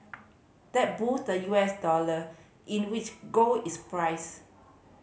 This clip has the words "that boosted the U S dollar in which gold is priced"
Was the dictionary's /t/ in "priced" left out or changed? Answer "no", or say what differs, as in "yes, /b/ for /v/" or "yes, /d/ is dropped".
yes, /t/ is dropped